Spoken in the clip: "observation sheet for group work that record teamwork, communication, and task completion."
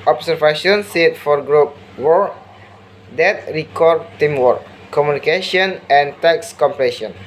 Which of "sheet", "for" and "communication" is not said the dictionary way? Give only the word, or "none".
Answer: sheet